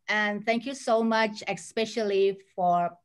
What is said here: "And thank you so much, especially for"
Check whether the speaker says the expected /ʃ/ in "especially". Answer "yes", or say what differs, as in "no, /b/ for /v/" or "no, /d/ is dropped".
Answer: yes